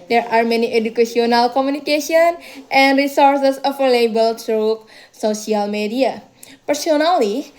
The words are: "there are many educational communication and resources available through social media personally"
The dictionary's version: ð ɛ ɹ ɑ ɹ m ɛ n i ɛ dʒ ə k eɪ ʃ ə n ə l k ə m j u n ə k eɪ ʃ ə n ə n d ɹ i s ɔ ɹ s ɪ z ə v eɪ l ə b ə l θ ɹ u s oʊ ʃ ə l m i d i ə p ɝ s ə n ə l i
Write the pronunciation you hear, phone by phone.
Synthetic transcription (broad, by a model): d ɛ ɹ ɑ ɹ m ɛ n i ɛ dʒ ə k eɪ s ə n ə l k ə m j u n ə k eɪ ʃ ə n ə n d ɹ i s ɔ ɹ s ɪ s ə f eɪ l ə b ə l t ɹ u s oʊ s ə l m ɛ d i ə p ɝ s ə n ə l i